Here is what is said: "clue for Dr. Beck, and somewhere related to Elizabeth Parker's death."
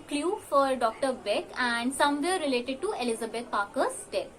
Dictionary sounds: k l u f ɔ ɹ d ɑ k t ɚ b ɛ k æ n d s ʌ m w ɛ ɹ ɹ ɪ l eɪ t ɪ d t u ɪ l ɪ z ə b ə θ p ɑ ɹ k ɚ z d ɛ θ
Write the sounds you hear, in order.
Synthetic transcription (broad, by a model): k l u f ɔ ɹ d ɑ k t ɚ b ɛ k æ n d s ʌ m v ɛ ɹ ɹ ɪ l eɪ t ɪ d t u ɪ l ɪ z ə b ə t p ɑ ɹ k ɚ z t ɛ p